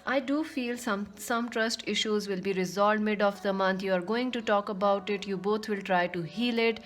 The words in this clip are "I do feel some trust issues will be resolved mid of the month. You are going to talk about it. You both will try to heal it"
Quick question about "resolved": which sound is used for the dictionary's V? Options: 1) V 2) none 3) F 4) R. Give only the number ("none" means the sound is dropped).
2